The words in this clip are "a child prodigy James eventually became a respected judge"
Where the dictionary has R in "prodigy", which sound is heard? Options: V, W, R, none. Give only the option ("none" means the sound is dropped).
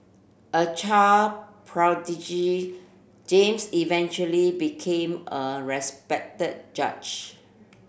R